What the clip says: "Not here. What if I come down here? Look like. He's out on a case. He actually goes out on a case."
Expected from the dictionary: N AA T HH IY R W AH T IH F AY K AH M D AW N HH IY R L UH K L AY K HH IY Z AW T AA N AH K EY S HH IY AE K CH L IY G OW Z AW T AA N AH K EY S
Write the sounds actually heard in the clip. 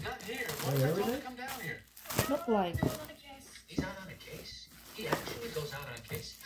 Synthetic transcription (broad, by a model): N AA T HH IY R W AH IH K AH M D AW N HH IY R L UH K L AY K HH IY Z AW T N AH K EY S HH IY AE K CH L IY G OW Z AW T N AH K EY S